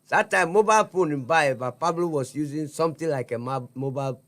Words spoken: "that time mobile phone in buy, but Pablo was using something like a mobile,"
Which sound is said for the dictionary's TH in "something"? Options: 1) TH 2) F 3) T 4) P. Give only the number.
3